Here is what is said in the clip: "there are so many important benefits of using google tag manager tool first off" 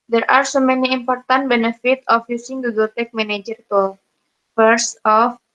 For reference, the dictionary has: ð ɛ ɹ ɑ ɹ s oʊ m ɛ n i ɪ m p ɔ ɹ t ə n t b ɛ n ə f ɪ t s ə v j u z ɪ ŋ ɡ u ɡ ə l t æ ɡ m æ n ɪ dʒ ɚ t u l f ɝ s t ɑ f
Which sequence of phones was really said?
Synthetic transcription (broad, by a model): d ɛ ɹ ɑ ɹ s oʊ m ɛ n i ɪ m p ɔ ɹ t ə n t b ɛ n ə f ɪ t ə f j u s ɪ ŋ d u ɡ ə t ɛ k m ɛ n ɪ dʒ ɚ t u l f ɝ s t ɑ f